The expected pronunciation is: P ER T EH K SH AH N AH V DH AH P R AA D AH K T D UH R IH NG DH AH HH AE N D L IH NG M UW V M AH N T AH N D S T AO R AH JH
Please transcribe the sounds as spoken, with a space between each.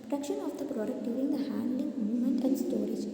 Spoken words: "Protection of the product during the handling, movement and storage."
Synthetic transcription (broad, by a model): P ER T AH K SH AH N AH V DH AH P R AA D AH K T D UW IH NG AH HH AE N D L IH NG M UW M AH N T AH N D S T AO R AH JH